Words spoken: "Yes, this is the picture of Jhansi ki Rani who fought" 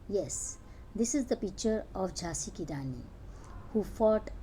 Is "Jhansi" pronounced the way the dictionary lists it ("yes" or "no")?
no